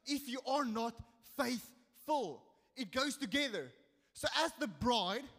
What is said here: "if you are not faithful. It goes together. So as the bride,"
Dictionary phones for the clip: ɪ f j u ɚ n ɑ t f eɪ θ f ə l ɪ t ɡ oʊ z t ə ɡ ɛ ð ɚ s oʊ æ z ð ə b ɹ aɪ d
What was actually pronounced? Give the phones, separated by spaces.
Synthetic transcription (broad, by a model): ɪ f j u ɚ n ɑ t f eɪ θ f ə l ɪ t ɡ oʊ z t ə ɡ ɛ ð ɚ s oʊ æ z ð ə b ɹ aɪ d